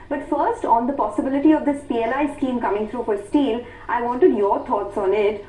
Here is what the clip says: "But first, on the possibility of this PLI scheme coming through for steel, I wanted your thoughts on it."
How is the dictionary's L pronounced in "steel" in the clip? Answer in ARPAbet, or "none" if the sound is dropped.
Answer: L